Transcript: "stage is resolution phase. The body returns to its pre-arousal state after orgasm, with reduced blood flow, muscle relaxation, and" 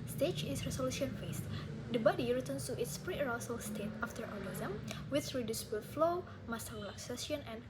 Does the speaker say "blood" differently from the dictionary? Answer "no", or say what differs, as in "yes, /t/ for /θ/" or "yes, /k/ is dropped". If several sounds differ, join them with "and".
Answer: yes, /l/ is dropped